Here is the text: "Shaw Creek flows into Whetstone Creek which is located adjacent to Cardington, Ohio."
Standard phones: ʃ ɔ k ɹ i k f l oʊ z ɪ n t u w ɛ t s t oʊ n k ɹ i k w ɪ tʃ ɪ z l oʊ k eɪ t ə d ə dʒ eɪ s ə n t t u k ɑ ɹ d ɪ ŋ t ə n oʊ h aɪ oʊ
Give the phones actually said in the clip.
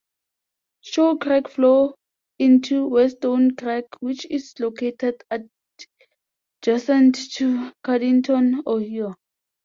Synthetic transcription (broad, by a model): ʃ ɔ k ɹ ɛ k f l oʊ ɪ n t u w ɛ s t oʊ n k ɹ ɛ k w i tʃ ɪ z l oʊ k eɪ t ə d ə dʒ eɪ s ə n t t u k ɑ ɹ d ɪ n t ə n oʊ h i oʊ